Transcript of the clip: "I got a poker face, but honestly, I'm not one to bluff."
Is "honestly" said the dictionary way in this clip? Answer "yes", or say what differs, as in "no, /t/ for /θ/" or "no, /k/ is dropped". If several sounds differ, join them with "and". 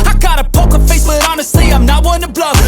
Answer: no, /l/ is dropped